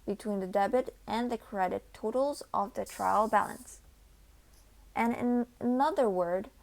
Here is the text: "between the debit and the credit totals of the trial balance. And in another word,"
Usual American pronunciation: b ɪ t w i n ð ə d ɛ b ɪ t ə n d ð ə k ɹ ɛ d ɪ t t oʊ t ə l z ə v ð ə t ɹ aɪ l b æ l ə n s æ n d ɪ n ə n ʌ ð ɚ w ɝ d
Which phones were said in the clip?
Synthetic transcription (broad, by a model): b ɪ t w i n ð ə d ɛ b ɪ t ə n ð ə k ɹ ɛ d ɪ t t oʊ t l z ə v ð ə t ɹ aɪ l b æ l ə n s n ɪ n ə n ʌ ð ɚ w ɝ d